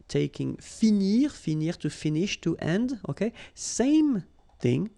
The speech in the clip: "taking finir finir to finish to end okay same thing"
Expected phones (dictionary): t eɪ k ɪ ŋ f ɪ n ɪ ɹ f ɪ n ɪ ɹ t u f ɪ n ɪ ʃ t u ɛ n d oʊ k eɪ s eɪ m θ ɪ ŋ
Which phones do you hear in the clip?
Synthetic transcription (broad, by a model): t eɪ k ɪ ŋ f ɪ n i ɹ f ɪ n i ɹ t u f ɪ n ɪ ʃ t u ɛ n d oʊ k eɪ s eɪ m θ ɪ ŋ